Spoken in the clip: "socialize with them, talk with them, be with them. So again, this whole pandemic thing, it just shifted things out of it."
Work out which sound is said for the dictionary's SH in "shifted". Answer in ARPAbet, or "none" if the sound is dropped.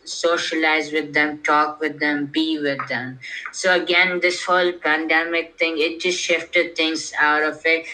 SH